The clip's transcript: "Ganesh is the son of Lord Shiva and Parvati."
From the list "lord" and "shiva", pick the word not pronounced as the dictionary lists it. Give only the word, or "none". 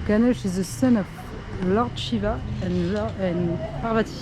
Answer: none